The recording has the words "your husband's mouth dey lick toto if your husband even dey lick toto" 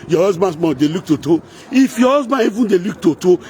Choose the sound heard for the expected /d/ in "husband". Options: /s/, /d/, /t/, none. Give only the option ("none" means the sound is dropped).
none